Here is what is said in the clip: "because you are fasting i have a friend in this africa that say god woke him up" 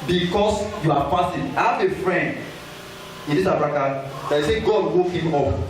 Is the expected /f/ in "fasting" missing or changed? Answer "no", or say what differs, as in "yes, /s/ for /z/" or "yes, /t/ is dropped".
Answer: yes, /p/ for /f/